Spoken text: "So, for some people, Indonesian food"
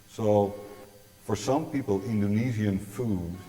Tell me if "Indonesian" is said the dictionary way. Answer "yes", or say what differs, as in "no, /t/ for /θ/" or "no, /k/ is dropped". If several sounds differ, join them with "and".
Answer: no, /z/ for /ʒ/